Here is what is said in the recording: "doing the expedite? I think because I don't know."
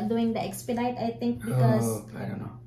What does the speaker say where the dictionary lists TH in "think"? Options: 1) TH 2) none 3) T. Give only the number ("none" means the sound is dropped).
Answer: 3